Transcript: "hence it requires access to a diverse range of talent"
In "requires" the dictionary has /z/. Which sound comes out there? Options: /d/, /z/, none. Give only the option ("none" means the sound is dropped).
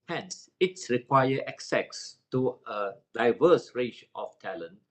none